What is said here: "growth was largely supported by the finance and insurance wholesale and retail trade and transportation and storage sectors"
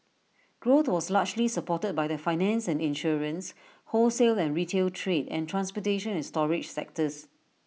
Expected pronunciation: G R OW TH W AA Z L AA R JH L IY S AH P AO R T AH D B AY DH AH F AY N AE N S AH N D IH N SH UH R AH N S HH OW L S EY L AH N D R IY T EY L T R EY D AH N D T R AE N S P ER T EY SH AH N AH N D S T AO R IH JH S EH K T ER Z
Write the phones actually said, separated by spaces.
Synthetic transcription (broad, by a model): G R OW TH W AA S L AA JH L IY S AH P AO T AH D B AY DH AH F AY N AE N S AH N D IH N SH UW R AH N S HH OW L S EY L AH N R IY T EY L T R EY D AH N T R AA N S P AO T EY SH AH N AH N S T AO R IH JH S EH K T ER S